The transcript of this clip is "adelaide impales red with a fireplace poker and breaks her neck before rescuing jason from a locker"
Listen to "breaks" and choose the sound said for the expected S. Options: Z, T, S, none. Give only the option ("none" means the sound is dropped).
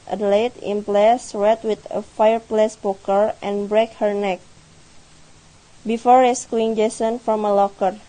none